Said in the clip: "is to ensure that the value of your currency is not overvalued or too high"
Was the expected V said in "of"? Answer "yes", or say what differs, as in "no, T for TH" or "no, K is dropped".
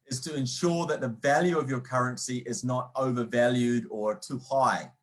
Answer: yes